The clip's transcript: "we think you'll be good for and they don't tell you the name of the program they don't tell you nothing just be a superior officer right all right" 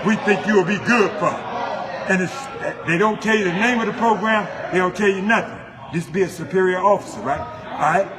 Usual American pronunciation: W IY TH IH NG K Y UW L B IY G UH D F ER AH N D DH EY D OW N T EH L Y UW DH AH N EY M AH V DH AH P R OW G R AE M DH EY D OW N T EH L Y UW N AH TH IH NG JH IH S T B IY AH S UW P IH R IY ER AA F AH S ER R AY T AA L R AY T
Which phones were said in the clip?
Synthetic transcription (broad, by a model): W IY TH IH NG K Y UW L B IY G UH D F ER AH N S DH EY D OW N T EH L Y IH DH AH N EY M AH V DH AH P R OW G R AE M DH EY D OW N T EH L Y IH N AH TH IH NG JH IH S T B IY AH S UW P IH R IY ER AA F AH S ER R AY T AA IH